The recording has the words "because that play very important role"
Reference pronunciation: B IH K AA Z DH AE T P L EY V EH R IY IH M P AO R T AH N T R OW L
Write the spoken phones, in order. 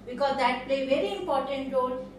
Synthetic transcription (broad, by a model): B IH K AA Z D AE T P L EY V EH R IY IH M P AO R T AH N T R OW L